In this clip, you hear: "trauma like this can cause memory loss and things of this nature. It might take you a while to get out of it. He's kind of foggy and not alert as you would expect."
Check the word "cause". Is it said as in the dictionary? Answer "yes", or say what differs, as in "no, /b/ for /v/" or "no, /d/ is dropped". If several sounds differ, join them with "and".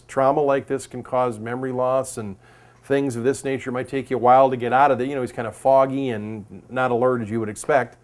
yes